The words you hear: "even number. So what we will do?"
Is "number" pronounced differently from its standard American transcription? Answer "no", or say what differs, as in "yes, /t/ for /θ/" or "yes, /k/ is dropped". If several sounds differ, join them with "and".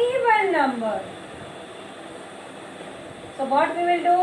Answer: no